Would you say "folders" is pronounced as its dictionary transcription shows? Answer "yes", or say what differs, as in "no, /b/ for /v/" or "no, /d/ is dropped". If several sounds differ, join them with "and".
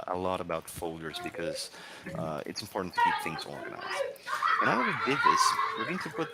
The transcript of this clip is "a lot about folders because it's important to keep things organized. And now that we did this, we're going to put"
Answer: yes